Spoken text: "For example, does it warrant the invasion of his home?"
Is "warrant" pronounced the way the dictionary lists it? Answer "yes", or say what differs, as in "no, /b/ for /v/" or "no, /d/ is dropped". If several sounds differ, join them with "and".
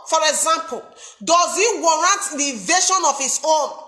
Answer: yes